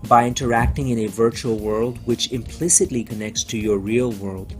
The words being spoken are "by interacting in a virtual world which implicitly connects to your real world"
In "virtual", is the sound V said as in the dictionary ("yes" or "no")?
yes